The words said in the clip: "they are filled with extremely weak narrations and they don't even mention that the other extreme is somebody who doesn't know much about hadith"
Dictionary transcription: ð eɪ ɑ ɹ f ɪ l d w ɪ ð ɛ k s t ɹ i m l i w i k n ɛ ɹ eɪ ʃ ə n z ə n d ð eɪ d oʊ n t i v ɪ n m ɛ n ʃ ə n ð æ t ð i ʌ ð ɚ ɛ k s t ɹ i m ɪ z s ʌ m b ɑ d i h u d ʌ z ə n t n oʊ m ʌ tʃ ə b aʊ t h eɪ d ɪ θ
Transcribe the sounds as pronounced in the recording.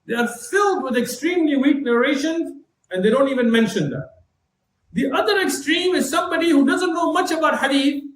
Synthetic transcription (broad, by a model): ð eɪ ɑ ɹ f ɪ l d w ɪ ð ɛ k s t ɹ i m l i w i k n ɛ ɹ eɪ ʃ ə n z ə n d eɪ d oʊ n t i v ɪ n m ɛ n ʃ ə n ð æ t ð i ʌ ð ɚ ɛ k s t ɹ i m ɪ z s ʌ m b ɑ d i h u d ʌ z ə n t n oʊ m ʌ tʃ ə b aʊ t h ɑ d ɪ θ